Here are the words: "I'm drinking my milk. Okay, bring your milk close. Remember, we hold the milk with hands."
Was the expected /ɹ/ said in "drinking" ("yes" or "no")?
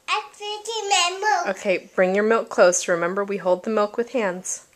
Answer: no